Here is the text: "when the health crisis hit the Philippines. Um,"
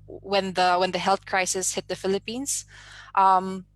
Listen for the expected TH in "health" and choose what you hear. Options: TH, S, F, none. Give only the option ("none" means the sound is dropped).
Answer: TH